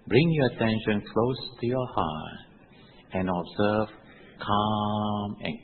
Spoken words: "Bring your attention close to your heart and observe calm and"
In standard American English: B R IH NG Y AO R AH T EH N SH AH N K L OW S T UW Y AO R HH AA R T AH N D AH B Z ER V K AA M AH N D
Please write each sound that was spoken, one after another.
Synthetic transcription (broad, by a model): B R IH NG Y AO AH T EH N SH AH N K L OW S T UW Y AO HH AA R T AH N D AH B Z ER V K AA M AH N